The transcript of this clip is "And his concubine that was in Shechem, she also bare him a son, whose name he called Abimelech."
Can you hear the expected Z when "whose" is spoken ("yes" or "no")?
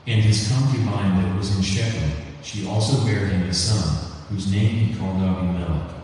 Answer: yes